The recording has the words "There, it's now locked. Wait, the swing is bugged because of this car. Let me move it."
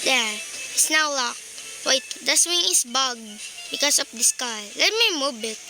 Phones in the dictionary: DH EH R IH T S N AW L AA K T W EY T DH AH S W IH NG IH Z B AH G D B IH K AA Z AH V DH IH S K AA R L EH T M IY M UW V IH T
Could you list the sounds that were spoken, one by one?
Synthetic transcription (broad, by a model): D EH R IH T S N AW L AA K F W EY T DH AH S W IH NG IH S B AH G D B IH K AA S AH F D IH S K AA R L EH T M IY M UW B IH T